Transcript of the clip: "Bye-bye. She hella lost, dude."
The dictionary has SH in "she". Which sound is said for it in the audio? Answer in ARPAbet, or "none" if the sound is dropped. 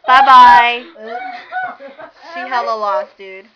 S